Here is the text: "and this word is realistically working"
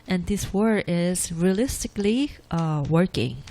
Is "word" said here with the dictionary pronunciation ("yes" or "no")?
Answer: no